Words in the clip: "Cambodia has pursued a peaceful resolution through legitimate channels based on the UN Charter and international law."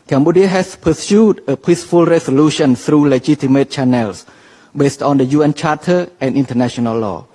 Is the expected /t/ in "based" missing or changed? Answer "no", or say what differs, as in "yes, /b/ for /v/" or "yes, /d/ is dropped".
no